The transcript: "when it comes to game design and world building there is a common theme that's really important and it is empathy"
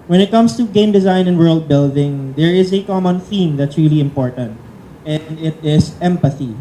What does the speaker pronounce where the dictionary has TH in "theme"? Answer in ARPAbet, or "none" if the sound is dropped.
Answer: TH